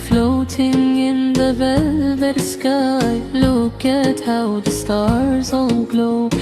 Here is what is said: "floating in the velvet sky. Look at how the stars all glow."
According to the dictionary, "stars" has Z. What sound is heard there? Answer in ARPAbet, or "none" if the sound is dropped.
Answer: Z